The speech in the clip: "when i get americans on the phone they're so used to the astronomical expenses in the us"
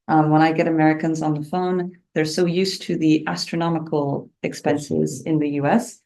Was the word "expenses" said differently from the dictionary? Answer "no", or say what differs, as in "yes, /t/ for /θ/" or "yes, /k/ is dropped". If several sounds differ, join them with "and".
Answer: no